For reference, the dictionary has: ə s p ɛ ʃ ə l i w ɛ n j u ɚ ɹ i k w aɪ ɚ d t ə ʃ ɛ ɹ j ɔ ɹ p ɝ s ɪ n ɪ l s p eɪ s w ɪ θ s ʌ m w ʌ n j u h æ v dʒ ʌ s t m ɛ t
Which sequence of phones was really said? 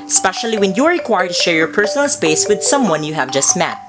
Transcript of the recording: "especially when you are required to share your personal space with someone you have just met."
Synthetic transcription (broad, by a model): s p ɛ ʃ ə l i w ɛ n j u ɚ ɹ i k w aɪ ɚ d t ə ʃ ɛ ɹ j ɔ ɹ p ɝ s ɪ n ɪ l s p eɪ s w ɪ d s ʌ m w ʌ n j u h æ v dʒ ʌ s t m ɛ t